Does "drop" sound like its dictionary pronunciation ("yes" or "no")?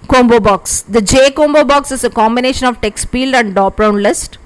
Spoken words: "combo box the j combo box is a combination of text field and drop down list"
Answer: no